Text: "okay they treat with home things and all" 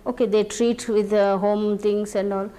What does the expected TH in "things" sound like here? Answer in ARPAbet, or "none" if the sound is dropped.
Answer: T